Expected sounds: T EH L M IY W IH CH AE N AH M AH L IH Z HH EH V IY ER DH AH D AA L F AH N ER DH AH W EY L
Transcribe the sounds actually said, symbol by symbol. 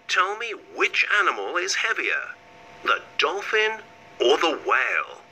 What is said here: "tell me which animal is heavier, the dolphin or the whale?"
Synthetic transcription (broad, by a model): T EH L M IY W IH CH AE N AH M AH L IH Z HH EH V IY ER DH AH D AA L F AH N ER DH AH W EY L